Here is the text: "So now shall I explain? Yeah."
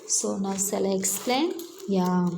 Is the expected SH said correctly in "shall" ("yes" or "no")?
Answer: no